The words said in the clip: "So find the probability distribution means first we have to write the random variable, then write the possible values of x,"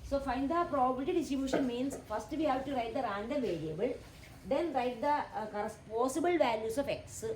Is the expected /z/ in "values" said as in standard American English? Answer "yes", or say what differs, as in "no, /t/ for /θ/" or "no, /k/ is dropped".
no, /s/ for /z/